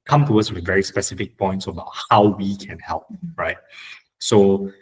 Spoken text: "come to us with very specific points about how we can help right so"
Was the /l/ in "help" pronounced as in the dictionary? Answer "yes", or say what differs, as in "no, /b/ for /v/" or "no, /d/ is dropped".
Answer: yes